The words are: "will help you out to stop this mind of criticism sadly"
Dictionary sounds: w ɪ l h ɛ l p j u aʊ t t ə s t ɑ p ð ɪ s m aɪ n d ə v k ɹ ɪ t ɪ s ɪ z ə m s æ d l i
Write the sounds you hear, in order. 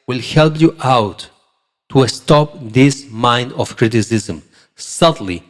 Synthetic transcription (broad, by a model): w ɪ l h ɛ l p j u aʊ t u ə s t ɑ p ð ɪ s m aɪ n d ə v k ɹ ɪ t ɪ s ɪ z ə m s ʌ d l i